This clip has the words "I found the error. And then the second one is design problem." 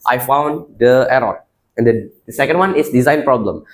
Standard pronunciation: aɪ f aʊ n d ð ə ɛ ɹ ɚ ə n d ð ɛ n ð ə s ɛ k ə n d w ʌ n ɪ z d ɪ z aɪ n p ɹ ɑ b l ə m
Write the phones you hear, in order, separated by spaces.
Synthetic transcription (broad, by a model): aɪ f aʊ n d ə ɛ ɹ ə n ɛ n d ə s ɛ k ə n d w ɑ n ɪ s d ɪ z aɪ n p ɹ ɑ b l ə m